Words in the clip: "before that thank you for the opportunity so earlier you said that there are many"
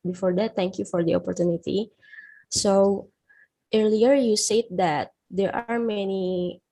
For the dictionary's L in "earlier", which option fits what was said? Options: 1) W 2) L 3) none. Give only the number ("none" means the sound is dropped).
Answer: 2